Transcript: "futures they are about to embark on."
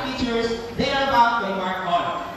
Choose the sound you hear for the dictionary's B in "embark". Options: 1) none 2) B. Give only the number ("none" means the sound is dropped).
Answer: 1